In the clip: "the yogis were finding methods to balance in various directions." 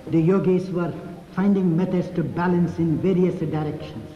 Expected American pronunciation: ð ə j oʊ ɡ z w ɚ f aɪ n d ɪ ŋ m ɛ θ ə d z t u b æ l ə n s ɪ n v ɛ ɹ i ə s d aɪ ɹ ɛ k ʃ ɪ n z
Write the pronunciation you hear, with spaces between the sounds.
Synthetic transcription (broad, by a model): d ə j oʊ ɡ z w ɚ f aɪ n d ɪ ŋ m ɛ t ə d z t u b æ l ə n s ɪ n v ɛ ɹ i ə s d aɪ ɹ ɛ k ʃ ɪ n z